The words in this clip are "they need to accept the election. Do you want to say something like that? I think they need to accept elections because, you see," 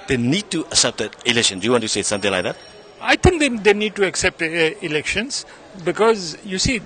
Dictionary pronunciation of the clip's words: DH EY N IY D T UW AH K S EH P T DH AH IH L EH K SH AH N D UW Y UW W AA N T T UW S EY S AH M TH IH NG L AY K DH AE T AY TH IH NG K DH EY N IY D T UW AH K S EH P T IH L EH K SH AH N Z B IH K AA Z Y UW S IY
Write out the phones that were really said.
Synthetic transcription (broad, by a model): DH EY N IY D T UW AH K S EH P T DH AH IH L EH K SH AH N D UW Y UW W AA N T T UW S EY S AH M T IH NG L AY K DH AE T AY T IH NG K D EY N IY D T UW AH K S EH P T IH L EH K SH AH N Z B IH K AA Z Y UW S IY